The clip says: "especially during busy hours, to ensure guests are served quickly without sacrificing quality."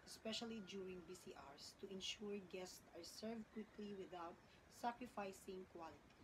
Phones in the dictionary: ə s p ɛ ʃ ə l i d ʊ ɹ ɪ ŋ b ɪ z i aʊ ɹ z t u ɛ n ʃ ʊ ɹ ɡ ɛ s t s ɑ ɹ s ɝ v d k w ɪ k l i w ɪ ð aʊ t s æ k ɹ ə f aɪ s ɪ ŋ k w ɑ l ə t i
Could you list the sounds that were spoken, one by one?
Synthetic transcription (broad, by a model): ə s p ɛ ʃ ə l i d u ɹ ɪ ŋ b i s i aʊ ɹ s t u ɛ n ʃ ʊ ɹ ɡ ɛ s t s ɑ ɹ s ɝ v d k w ɪ k l i w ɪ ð aʊ t s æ k ɹ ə f aɪ s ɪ ŋ k w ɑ l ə t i